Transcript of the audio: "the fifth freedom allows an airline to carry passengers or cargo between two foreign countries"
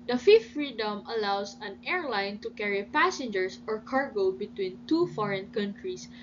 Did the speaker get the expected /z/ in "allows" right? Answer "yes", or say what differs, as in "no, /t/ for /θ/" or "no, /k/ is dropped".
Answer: no, /s/ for /z/